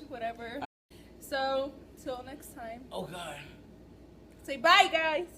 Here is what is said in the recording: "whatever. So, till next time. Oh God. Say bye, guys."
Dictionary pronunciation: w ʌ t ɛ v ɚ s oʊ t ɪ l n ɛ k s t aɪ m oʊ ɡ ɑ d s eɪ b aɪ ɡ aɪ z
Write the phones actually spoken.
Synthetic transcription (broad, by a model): w ʌ t ɛ v ɚ s oʊ t ɪ l n ɛ k s t aɪ m oʊ ɡ ɑ d s eɪ b aɪ ɡ aɪ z